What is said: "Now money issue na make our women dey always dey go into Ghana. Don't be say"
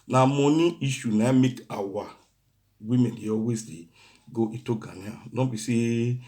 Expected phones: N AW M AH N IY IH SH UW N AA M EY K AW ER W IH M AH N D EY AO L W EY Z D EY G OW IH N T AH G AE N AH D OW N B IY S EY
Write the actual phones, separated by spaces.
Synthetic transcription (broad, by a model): N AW M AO N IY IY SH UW N AA M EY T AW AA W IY M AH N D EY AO W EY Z D EY G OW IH T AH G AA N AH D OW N B IY S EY